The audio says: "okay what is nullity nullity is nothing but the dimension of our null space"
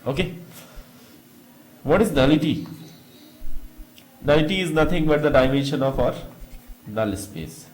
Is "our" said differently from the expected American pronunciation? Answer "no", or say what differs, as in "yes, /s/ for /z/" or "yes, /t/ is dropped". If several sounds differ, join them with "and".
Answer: no